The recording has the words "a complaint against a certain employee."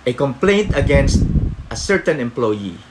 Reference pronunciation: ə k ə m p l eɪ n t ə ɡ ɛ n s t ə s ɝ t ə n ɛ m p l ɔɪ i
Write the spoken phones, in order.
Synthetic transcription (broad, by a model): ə k ə m p l eɪ n t ə ɡ ɛ n s t ə s ɝ t ə n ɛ m p l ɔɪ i